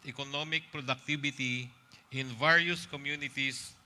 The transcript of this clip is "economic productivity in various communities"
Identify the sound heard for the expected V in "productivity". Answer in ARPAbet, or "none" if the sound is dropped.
B